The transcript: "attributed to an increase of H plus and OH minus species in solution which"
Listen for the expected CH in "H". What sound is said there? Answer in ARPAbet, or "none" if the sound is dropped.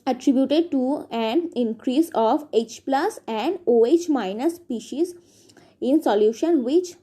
CH